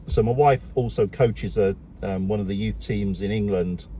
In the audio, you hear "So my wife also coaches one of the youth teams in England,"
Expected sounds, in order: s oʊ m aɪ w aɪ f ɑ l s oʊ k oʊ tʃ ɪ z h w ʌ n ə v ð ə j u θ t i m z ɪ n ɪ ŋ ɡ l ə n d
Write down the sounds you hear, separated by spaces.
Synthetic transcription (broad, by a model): s oʊ m aɪ w aɪ f ɑ l s oʊ k oʊ tʃ ɪ z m w ʌ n ə v ð ə j u θ t i m z ɪ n ɪ ŋ ɡ l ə n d